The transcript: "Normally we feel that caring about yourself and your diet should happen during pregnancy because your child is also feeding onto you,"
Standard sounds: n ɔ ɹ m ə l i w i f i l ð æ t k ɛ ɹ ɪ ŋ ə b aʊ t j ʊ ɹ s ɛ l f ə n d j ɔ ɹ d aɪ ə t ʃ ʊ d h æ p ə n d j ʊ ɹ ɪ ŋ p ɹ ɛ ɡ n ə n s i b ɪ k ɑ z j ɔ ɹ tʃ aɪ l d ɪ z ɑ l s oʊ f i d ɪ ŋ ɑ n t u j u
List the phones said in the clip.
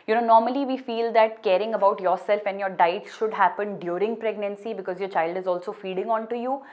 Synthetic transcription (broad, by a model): n ɔ ɹ m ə l i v i f i l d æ t k ɛ ɹ ɪ ŋ ə b aʊ t j ʊ ɹ s ɛ l f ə n j ɔ ɹ d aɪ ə t ʃ ʊ d h æ p ə n d j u ɹ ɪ ŋ p ɹ ɛ ɡ n ə n s i b ɪ k ɑ z j ɔ ɹ tʃ aɪ l d ɪ z ɑ l s oʊ f i d ɪ ŋ ɑ n t u j u